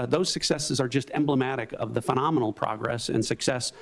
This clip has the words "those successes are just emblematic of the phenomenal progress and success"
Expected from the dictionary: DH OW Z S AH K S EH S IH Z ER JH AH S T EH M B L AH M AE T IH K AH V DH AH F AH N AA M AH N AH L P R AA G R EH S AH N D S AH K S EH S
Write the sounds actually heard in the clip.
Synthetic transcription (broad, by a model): DH OW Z S AH K S EH S IH Z ER JH AH S T EH M B L AH M AE T IH K AH V DH AH F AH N AA M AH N L P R AA G R EH S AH N S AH K S EH S